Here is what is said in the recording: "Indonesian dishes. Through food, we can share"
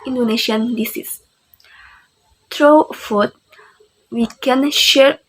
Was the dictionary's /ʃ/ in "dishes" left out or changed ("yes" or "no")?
yes